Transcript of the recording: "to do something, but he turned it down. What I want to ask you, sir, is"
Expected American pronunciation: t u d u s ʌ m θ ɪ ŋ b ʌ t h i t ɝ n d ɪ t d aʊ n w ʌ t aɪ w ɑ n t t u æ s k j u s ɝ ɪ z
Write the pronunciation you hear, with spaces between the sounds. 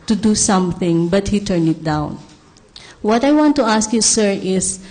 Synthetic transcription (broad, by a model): t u d u s ʌ m θ ɪ ŋ b ʌ t h i t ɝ n ɪ t d aʊ n w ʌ t aɪ w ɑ n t t u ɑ s k j u s ɝ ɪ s